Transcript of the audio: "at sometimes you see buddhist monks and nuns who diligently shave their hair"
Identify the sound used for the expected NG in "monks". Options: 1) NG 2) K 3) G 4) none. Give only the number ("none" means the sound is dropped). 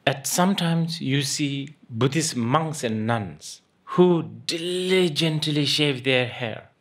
1